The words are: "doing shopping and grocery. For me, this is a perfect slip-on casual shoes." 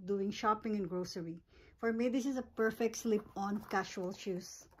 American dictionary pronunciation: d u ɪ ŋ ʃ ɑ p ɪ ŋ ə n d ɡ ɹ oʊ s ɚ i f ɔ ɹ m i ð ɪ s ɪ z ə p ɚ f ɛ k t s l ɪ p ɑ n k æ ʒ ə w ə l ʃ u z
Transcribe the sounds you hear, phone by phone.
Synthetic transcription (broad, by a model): d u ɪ ŋ ʃ ɑ p ɪ ŋ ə n ɡ ɹ oʊ s ɚ i f ɔ ɹ m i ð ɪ s ɪ z ə p ɚ f ɛ k t s l ɪ p ɑ n k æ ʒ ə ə l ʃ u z